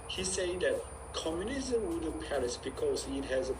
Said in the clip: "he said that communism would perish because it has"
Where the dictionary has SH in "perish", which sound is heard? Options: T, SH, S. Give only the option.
S